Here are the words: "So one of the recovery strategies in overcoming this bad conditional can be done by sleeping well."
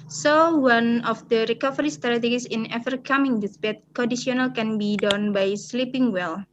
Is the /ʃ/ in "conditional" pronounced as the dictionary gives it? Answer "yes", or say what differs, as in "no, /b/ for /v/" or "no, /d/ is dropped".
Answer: no, /s/ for /ʃ/